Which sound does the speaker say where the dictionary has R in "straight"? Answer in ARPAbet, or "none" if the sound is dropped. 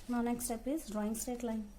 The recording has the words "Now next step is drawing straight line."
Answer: none